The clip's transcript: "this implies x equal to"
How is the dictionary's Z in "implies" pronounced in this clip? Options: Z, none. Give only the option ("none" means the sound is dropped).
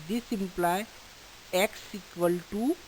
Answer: none